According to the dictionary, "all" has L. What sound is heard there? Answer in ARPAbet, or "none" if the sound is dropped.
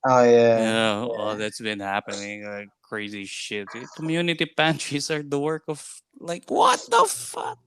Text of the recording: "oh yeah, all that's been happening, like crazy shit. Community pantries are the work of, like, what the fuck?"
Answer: N